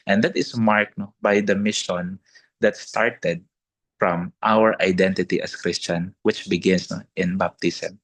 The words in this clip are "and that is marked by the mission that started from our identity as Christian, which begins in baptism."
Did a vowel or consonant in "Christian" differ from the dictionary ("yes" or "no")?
no